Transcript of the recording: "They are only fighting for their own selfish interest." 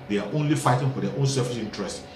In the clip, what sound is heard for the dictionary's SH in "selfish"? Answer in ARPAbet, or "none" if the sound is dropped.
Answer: S